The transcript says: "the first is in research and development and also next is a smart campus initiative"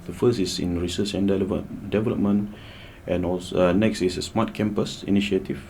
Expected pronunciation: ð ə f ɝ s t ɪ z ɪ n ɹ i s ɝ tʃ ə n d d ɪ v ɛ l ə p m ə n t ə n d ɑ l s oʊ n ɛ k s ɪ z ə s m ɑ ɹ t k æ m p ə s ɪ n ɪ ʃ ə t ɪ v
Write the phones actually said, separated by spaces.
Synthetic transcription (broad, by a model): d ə f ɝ s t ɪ s ɪ n ɹ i s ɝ tʃ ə n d d ɪ v ɛ l ə p m ə n t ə n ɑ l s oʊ n ɛ k s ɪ s ə s m ɑ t k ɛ m p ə s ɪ n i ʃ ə t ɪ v